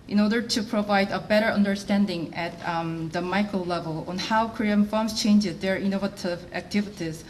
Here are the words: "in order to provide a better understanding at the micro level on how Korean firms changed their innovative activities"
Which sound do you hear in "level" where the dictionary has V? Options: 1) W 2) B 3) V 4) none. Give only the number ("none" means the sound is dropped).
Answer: 3